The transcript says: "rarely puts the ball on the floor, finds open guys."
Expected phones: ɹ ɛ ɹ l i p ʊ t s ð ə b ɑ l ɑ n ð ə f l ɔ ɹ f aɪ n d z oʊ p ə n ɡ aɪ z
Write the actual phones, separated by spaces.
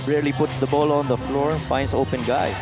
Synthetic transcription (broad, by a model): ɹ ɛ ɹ l i p ʊ t s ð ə b ɑ l ɑ n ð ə f l ɔ ɹ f aɪ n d s oʊ p ə n ɡ aɪ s